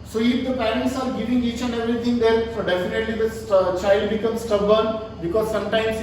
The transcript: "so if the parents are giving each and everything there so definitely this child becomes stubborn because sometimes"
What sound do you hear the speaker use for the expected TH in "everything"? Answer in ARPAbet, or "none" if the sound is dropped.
T